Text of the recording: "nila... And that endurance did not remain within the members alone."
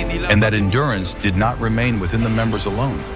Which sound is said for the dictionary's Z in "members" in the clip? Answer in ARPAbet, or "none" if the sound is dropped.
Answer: Z